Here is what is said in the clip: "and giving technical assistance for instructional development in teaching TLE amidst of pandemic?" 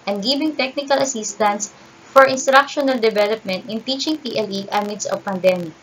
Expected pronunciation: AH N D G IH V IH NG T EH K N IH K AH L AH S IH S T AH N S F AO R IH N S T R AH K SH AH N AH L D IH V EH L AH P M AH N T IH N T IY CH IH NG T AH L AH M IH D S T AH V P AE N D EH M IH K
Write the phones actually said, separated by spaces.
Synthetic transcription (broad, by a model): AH N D G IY B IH NG T EH K N IH K AH L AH S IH S T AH N S F AO R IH N S T R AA K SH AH N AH L D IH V EH L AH P M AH N T IH N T IY CH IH NG T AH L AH M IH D S AH V P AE N D EH M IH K